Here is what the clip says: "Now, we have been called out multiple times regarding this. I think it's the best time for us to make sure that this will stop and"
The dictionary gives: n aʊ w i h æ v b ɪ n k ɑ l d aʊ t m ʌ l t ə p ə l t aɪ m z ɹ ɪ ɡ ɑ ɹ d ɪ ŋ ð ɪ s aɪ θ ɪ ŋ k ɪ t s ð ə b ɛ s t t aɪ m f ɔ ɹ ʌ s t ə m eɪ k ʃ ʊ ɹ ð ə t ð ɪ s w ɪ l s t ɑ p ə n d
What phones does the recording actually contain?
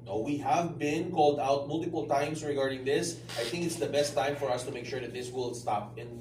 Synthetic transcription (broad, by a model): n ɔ w i h æ v b ɪ n k ɑ l d aʊ t m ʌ l t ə p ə l t aɪ m s ɹ ɪ ɡ ɑ ɹ d ɪ ŋ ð ɪ s aɪ θ ɪ ŋ k ɪ t s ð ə b ɛ s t t aɪ m f ɔ ɹ ʌ s t ə m eɪ k ʃ ʊ ɹ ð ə t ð ɪ s w ɪ l s t ɑ p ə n